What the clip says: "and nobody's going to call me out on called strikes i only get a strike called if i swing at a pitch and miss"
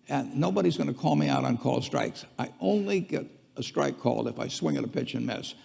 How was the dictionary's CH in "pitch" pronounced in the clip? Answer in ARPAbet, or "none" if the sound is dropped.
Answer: CH